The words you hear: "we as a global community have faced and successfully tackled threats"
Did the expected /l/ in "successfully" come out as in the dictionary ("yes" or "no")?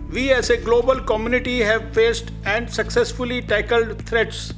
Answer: yes